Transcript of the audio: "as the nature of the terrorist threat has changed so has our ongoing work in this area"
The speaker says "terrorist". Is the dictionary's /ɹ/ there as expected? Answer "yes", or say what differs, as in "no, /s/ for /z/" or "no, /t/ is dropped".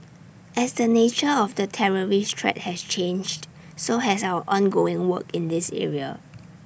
yes